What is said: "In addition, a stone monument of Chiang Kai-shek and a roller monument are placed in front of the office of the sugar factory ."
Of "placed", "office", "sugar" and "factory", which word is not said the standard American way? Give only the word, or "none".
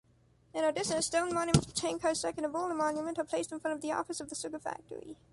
sugar